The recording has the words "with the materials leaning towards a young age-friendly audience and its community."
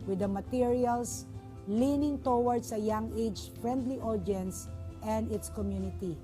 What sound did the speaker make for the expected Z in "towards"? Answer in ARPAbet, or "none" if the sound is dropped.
S